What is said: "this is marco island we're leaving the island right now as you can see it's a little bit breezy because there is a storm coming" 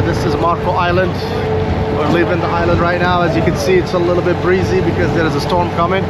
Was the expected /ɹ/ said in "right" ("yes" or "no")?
yes